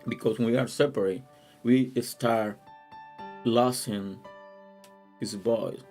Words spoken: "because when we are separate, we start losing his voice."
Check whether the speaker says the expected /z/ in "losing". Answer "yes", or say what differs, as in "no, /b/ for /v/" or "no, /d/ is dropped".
no, /s/ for /z/